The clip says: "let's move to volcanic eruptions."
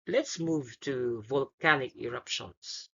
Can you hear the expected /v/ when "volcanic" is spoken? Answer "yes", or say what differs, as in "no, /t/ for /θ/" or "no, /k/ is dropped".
yes